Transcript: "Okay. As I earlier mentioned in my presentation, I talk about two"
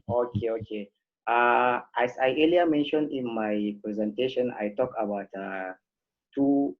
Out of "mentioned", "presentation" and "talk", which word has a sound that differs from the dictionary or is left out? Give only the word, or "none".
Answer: none